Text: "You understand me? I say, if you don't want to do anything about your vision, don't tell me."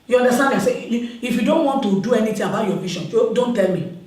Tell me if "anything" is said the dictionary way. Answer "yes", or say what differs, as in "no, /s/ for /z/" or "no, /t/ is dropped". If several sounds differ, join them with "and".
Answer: no, /t/ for /θ/